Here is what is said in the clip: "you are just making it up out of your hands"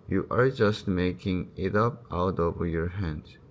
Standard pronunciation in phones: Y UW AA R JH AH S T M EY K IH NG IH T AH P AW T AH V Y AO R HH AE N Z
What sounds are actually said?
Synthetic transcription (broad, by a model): Y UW AA R JH AH S T M EY K IH NG IH T AH P AW T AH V Y AO R HH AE N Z